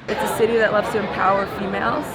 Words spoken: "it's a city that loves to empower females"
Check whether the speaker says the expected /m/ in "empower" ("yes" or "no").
yes